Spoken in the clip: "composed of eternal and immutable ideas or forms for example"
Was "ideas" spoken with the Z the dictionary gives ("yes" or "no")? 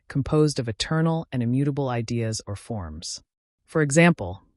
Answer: yes